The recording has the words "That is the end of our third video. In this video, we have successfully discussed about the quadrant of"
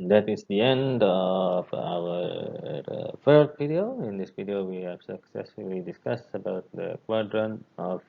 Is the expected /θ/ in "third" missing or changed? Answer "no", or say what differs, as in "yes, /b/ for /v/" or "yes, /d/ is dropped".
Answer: yes, /f/ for /θ/